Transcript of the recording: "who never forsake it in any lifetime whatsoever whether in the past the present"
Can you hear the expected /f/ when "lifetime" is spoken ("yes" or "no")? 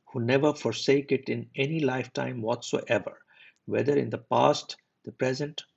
yes